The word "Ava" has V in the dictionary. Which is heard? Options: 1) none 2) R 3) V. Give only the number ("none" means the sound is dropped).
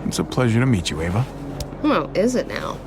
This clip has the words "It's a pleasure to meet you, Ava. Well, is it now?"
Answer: 3